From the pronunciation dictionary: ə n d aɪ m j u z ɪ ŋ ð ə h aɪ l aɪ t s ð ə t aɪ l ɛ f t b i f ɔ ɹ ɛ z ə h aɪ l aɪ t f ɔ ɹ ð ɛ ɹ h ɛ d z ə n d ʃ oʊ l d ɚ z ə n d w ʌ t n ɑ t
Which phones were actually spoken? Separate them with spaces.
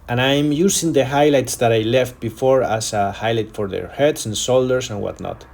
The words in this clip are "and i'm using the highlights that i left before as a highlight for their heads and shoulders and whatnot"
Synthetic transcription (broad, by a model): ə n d aɪ m j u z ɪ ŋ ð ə h aɪ l aɪ t s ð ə t aɪ l ɛ f t b i f ɔ ɹ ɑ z ə h aɪ l aɪ t f ɔ ɹ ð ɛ ɹ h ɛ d s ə n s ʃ oʊ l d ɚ s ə n w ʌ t n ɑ t